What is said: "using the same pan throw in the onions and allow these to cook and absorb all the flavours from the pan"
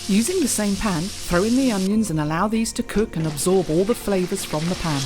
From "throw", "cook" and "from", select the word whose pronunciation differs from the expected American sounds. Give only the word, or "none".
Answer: none